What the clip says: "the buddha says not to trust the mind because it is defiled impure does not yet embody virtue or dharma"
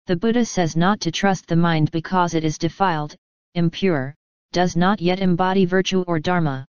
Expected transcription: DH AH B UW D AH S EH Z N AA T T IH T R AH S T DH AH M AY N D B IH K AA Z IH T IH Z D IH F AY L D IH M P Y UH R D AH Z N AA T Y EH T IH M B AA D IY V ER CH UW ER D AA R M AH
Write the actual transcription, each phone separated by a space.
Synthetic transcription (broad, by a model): DH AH B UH D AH S EH Z N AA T T IH T R AH S T DH AH M AY N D B IH K AA Z IH T IH Z D IH F AY L D IH M P Y UH R D AH Z N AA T Y EH T IH M B AA D IY V ER CH UW ER D AA R M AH